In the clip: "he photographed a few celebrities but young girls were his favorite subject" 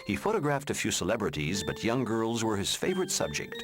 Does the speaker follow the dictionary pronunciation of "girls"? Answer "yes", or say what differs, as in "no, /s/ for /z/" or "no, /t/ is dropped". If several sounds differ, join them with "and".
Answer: yes